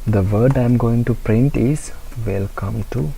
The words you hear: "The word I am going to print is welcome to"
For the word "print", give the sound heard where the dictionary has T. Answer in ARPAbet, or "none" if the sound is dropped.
T